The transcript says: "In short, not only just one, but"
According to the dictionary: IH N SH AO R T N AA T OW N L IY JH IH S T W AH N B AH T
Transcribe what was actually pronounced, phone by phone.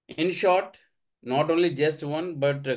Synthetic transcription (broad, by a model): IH N SH AO R T N AA T OW N L IY JH IH S T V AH N B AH T